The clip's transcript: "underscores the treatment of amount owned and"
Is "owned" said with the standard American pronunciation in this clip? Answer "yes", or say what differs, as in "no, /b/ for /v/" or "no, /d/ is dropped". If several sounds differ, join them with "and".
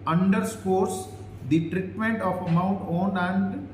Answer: no, /d/ is dropped